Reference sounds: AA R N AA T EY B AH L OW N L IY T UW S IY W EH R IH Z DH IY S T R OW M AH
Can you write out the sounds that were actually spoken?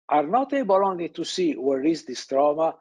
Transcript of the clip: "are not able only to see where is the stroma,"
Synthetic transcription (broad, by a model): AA R N AA T EY B AH L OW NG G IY T UW S IY W EH R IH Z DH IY S T R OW M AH